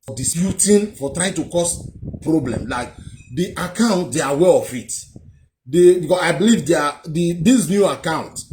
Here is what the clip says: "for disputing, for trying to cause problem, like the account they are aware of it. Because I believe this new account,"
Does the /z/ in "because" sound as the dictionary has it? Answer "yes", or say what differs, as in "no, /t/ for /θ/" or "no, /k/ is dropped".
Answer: no, /s/ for /z/